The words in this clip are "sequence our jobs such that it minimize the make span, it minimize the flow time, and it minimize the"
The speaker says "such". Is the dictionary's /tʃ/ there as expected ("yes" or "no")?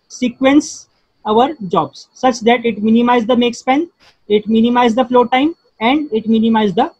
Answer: yes